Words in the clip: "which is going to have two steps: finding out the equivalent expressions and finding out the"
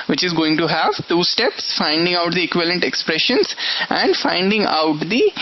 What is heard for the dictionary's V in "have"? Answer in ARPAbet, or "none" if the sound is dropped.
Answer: V